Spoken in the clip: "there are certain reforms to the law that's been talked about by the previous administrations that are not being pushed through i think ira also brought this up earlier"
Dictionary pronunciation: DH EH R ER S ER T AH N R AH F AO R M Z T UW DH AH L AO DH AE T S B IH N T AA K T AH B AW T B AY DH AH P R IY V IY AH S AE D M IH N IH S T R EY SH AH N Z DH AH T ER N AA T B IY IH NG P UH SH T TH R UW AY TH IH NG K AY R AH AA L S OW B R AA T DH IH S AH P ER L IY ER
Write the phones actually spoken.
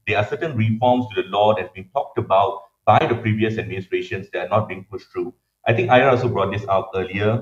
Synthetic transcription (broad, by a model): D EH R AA S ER T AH N R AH F AO M S T UW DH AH L AO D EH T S B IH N T AA K T AH B AW T B AY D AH P R IY V IY AH S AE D M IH N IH S T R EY SH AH N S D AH T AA N AA T B IY IH NG P UH SH T R UW AY T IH NG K AY AH AA L S OW B R AA T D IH S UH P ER L IY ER